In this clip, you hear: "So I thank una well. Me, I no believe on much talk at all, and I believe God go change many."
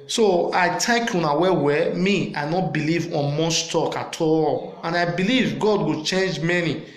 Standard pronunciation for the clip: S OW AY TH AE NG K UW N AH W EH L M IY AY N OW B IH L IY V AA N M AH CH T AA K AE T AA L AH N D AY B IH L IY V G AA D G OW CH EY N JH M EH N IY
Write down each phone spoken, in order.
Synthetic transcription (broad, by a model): S OW AY T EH K UW N AH W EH W M IY AY N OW B IH L IY V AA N M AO S T AA K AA T AA L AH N AY B IH L IY V G AA D G OW CH EY N JH M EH N IY